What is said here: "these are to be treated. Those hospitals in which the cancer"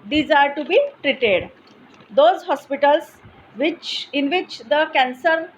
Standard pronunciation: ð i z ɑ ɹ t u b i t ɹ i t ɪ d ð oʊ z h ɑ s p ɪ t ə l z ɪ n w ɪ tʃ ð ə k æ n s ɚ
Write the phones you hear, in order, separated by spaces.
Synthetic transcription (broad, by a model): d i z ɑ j t u b i t ɹ i t ɪ d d oʊ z h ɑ s p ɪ t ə l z ɪ n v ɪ tʃ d ə k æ n s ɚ